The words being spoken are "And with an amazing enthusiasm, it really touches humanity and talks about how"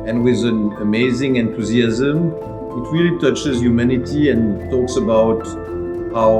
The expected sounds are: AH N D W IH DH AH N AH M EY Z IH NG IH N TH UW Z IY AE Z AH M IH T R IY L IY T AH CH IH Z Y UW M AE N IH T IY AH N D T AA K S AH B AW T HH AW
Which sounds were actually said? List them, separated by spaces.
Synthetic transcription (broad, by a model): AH N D W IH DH AH N AH M EY Z IH NG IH N T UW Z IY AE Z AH M IH T R IY L IY T AH CH IH Z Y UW M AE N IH T IY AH N T AA K S AH B AW T HH AW